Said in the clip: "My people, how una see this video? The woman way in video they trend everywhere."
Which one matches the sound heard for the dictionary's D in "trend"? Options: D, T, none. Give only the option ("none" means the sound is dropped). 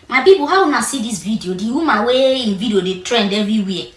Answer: D